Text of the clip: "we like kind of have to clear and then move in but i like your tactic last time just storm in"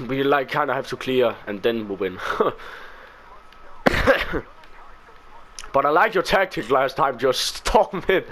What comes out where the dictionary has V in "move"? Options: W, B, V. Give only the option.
W